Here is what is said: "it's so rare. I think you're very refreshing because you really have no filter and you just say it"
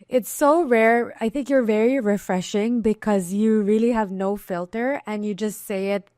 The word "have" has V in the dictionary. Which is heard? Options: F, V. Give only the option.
V